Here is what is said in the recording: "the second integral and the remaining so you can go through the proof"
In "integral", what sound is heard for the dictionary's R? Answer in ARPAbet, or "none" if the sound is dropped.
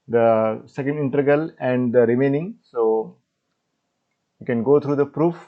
none